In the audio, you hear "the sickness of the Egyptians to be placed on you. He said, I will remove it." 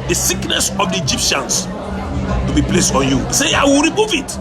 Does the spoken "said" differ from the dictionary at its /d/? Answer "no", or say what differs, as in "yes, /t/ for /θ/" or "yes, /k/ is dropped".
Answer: yes, /d/ is dropped